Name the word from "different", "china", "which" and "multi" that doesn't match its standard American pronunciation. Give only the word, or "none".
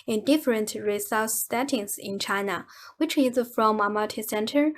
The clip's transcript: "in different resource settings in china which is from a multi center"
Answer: multi